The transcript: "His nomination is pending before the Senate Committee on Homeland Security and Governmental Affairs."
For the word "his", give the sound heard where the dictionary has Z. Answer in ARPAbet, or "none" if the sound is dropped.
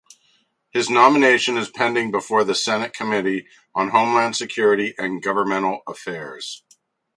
Z